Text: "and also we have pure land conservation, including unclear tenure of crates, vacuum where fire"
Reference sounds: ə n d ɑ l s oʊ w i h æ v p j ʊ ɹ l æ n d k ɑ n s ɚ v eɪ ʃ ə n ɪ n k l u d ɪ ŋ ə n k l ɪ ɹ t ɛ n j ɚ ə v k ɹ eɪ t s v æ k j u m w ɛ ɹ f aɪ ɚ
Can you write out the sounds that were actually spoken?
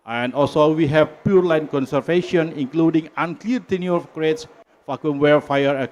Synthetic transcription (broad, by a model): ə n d ɑ l s oʊ w i h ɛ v p j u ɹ l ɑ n k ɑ n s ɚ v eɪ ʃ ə n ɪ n k l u d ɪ ŋ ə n k l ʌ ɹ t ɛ n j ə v k ɹ eɪ t s f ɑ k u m w ɛ ɹ f aɪ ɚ